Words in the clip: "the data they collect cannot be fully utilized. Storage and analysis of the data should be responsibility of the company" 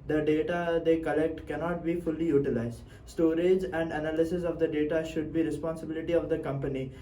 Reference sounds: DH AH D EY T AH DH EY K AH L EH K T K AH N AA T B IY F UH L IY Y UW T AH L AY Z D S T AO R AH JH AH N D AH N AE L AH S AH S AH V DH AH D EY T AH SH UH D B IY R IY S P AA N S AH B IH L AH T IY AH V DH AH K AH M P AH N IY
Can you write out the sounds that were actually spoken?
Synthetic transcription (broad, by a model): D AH D EY T AH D EY K AH L EH K T K AH N AA T B IY F UH L IY Y UW T AH L AY Z D S T AO R AH JH AH N D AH N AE L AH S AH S AH V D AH D EY T AH SH UH D B IY R IY S P AA N S AH B IH L AH T IY AH V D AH K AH M P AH N IY